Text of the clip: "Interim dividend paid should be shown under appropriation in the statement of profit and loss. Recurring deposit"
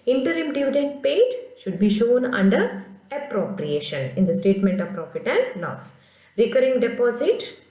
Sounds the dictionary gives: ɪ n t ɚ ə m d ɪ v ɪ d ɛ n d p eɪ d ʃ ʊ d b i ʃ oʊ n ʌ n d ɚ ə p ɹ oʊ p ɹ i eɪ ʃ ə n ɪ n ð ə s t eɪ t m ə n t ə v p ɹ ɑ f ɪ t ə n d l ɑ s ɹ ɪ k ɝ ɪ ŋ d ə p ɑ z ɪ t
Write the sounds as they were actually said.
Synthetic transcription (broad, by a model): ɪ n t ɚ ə m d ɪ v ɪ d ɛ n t p eɪ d ʃ ʊ d b i ʃ oʊ n ʌ n d ɚ ə p ɹ oʊ p ɹ i eɪ ʃ ə n ɪ n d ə s t eɪ t m ə n t ə v p ɹ ɑ f ɪ t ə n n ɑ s ɹ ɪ k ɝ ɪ ŋ d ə p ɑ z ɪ t